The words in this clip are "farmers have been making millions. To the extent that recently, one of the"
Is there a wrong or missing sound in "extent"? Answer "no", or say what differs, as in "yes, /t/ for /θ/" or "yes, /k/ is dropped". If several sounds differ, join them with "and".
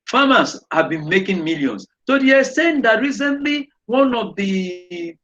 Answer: yes, /k/ is dropped